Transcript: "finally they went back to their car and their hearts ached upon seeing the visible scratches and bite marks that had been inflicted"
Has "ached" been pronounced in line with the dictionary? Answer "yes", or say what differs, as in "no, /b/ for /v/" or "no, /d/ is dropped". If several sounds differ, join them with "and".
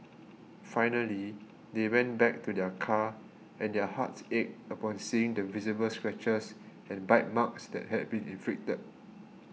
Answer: no, /t/ is dropped